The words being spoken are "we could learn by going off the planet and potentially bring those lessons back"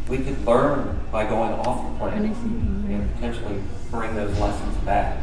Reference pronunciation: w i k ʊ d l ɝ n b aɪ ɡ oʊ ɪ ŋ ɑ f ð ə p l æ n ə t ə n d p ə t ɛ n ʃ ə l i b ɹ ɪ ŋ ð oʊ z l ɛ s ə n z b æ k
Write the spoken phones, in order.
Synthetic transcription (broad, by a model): w i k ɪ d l ɝ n b aɪ ɡ oʊ ɪ ŋ ɑ f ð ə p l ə ə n p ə t ɛ n ʃ l i b ɹ ɪ ŋ ð oʊ z l ɛ s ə n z b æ k